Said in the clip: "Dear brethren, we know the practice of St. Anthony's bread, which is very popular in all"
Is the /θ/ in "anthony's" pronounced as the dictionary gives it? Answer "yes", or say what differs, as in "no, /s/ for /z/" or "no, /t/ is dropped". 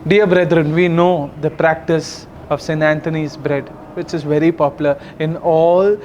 no, /t/ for /θ/